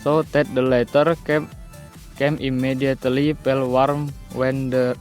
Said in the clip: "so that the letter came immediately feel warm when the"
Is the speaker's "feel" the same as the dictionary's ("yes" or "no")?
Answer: no